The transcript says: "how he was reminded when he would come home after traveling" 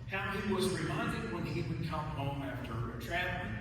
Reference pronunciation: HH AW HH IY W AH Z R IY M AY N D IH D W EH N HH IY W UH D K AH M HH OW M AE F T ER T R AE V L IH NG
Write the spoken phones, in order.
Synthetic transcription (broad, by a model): HH AW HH IY W AH Z R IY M AY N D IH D W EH N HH IY W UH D K AH M HH OW M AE F T ER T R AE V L